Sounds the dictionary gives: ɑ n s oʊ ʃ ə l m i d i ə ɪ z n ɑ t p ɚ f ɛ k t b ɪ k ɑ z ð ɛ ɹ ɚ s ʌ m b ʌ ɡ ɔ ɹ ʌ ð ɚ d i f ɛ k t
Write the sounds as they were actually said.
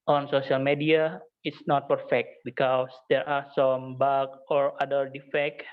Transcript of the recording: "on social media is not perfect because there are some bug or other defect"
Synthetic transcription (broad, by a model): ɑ n s oʊ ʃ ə l m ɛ d i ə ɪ s n ɑ t p ɚ f ɛ k t b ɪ k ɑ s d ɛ ɹ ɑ s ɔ m b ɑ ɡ ɔ ɹ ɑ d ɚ d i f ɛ k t